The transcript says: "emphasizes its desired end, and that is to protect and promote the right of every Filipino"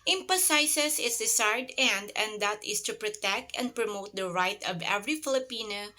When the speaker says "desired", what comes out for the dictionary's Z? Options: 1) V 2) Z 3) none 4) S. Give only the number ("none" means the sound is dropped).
4